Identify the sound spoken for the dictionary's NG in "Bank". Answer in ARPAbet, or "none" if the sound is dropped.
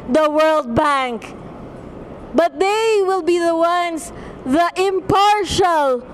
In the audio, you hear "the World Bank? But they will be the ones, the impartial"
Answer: NG